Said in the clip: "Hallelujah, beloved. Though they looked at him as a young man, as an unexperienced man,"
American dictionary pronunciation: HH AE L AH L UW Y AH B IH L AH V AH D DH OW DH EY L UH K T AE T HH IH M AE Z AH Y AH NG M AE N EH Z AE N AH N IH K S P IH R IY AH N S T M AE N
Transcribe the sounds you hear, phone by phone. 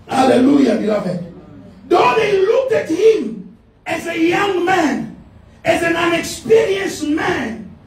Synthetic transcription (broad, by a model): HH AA L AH L UW Y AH B IH L AH V AH D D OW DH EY L UH K T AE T HH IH M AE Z AH Y AH NG M AE N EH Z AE N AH N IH K S P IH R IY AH N S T M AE N